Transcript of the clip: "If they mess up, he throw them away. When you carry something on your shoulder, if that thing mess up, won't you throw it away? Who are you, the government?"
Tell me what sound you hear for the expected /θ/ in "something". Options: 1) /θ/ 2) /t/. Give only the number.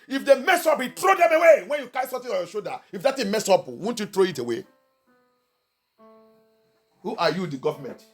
2